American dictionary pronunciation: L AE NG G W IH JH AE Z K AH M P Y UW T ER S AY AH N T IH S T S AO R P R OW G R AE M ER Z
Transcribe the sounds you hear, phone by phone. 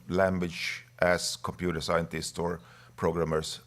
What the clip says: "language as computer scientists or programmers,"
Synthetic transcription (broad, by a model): L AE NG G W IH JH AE S K AH M P Y UW T ER S AY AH N T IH S T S AO R P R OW G R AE M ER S